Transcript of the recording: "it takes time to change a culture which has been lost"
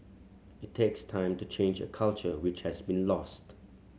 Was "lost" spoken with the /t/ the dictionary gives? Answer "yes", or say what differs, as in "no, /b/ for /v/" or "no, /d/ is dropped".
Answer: yes